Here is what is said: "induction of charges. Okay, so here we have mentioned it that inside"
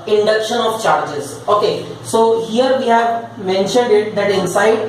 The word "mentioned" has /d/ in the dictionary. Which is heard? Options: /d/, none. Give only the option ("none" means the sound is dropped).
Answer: /d/